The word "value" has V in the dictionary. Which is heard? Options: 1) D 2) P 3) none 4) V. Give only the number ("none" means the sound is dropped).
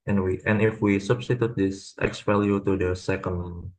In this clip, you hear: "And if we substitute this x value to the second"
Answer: 2